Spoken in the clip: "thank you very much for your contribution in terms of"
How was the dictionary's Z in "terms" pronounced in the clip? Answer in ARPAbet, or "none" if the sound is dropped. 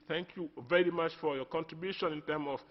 none